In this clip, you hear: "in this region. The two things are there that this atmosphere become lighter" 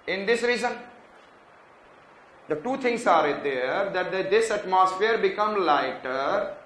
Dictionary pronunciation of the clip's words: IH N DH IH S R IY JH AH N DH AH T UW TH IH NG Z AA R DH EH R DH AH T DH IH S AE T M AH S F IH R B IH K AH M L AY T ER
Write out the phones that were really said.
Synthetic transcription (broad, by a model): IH N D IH S R IY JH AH N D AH T UW T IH NG S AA R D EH R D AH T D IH S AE T M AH S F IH R B IH K AH M L AY T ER